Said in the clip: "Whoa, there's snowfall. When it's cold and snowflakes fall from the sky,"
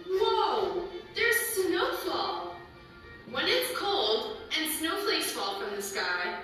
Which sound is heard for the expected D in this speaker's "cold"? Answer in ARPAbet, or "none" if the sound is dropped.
D